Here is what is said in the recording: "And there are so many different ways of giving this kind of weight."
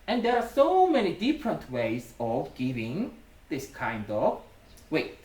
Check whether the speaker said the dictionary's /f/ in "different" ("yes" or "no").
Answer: yes